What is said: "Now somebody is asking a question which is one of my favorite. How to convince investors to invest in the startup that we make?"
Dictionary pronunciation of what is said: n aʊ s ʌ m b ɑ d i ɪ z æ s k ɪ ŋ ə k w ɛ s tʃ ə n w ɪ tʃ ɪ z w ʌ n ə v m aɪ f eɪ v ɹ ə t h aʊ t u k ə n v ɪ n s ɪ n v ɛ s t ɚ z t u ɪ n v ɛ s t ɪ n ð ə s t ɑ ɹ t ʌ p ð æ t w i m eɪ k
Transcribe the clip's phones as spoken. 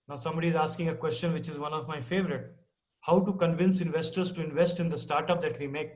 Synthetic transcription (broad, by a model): n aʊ s ʌ m b ɑ d i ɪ z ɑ s k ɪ ŋ ə k w ɛ s tʃ ə n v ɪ tʃ ɪ z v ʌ n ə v m aɪ f eɪ v ɹ ə t h aʊ t u k ə n v ɪ n s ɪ n v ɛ s t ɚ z t u ɪ n v ɛ s t ɪ n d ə s t ɑ ɹ t ʌ p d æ t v i m eɪ k